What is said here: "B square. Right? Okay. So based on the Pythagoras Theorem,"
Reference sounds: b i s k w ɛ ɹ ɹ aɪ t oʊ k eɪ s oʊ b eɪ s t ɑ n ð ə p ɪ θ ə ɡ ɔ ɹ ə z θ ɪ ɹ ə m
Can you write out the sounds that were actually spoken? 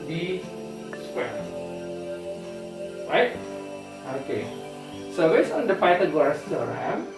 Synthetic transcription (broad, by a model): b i s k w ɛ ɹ ɹ aɪ t oʊ k eɪ s oʊ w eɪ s ɑ n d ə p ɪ t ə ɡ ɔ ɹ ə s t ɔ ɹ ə m